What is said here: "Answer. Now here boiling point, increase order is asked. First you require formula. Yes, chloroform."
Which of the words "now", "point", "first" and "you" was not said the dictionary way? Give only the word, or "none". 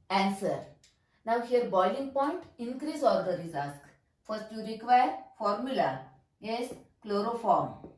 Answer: none